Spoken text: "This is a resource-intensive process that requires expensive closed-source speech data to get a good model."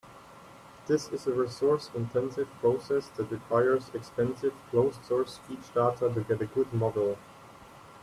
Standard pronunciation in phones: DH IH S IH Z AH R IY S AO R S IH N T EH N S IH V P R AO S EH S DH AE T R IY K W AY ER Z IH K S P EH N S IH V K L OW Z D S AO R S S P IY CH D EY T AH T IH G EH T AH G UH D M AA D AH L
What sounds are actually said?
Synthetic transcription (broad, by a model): DH IH S IH Z AH R IY S AO R S IH N T EH N S IH V P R AO S EH S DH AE T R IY K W AY ER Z IH K S P EH N S IH V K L OW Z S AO R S S IY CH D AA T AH T IH G EH T AH G UH D M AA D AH L